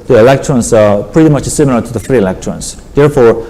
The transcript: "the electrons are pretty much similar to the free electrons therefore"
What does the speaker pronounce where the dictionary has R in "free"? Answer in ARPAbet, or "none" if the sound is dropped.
R